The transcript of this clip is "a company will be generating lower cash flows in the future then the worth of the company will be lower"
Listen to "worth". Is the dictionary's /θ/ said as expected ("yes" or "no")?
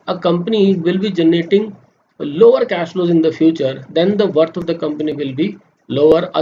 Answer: no